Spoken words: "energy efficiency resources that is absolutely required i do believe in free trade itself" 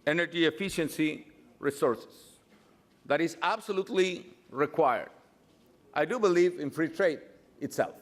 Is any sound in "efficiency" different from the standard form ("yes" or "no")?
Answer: no